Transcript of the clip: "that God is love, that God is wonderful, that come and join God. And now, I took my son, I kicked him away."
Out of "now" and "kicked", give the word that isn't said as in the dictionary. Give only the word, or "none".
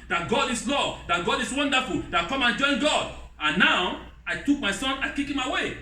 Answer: kicked